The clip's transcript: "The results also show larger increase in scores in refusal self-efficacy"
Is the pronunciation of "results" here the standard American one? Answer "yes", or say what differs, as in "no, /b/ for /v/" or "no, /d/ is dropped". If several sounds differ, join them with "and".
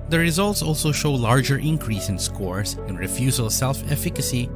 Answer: yes